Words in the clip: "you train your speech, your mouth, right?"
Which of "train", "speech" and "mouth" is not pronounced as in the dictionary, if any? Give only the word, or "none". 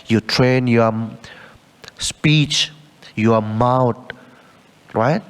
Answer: mouth